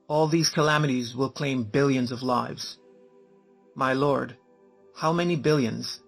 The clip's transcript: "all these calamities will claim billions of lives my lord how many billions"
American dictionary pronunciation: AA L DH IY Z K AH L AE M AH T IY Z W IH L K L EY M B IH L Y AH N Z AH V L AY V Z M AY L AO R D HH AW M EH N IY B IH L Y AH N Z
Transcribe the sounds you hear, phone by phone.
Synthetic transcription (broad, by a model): AA L DH IY Z K AH L AE M AH T IY Z W IH L K L EY M B IH L Y AH N Z AH V L AY V Z M AY L AO R D HH AW M EH N IY B IH L Y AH N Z